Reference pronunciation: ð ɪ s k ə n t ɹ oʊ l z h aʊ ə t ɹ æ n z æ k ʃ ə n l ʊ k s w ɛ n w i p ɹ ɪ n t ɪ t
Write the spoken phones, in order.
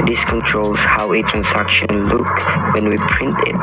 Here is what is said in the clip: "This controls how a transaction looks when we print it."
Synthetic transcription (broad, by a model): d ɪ s k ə n t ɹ oʊ l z h aʊ ə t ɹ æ n s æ k ʃ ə n l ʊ k w ɛ n w i p ɹ ɪ n t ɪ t